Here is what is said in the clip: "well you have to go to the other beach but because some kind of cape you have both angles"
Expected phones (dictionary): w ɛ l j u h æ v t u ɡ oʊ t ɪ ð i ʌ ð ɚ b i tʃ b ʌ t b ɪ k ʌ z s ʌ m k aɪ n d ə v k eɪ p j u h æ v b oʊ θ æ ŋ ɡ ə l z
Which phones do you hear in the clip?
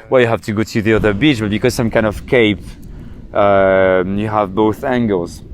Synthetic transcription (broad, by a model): w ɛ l j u h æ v t u ɡ oʊ t ɪ ð i ʌ ð ɚ b i tʃ b ʌ t b ɪ k ʌ z s ʌ m k aɪ n d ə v k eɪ p j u h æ v b oʊ θ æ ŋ ɡ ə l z